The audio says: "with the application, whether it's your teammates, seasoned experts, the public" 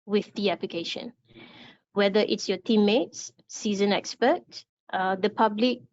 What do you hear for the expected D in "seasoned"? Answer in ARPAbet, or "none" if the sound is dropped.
none